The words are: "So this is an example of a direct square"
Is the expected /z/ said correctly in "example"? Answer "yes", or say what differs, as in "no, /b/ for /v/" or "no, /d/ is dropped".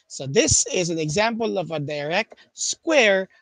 yes